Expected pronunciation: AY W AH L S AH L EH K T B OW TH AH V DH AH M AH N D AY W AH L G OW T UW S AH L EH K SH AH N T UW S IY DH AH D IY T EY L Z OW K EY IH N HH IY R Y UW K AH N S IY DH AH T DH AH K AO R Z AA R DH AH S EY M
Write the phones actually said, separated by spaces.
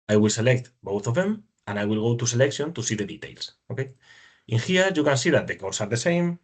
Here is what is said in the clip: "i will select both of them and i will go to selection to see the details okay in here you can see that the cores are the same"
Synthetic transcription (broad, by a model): AY W AH L S AH L EH K T B OW TH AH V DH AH M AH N AY W AH L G OW T UW S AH L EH K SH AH N T UW S IY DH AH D IY T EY L S OW K EY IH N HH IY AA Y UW K AH N S IY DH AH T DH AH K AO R S AA R DH AH S EY M